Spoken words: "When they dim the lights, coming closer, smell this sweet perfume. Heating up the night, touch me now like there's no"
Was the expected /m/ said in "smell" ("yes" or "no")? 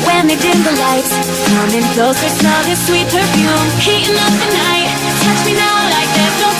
no